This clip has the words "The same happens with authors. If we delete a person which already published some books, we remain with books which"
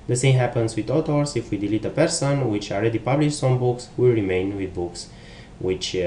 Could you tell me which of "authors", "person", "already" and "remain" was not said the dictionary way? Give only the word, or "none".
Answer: authors